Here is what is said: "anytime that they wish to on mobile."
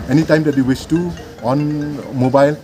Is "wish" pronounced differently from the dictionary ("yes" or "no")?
yes